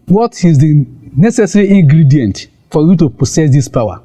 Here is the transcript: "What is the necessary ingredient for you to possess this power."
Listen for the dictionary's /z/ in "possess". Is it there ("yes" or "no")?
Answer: no